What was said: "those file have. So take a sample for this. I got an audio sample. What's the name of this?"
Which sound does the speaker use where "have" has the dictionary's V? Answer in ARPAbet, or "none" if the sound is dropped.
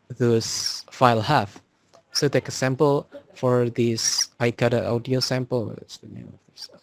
F